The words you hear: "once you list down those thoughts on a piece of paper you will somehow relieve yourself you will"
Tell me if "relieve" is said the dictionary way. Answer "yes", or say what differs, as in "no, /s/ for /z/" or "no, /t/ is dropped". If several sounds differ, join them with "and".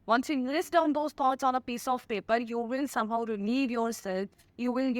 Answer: no, /n/ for /l/